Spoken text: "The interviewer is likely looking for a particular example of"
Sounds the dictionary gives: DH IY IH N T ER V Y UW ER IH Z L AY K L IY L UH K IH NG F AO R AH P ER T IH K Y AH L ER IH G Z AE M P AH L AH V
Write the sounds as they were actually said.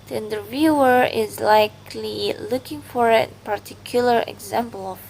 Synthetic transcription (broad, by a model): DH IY IH N T ER V Y UW ER IH Z L AY K L IY L UH K IH NG F AO R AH P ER T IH K Y L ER IH G Z AE M P AH L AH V